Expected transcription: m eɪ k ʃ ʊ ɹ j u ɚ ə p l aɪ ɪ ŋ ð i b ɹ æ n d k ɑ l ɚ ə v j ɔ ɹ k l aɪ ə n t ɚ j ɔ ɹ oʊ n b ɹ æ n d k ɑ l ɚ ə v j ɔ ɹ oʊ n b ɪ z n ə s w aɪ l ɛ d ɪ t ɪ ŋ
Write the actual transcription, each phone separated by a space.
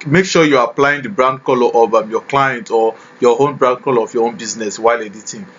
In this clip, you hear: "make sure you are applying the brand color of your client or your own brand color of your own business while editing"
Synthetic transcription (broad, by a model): m eɪ k ʃ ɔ j u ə p l aɪ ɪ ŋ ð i b ɹ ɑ n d k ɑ l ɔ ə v j ɔ k l aɪ ə n t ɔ j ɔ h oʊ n b ɹ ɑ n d k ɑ l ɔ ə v j ɔ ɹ oʊ n b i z n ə s w aɪ l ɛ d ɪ t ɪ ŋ